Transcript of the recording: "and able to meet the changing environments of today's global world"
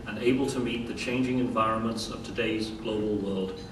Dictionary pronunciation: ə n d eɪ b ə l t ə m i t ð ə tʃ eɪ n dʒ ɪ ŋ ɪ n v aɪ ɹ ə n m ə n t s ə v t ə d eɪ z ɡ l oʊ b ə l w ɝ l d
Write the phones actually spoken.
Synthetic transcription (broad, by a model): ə n eɪ b ə l t ə m i t ð ə tʃ eɪ n dʒ ɪ ŋ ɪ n v aɪ ɹ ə n m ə n t s ə v t ə d eɪ z ɡ l oʊ b ə l w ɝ l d